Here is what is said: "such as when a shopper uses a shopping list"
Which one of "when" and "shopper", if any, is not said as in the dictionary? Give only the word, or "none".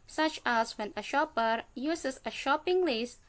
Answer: none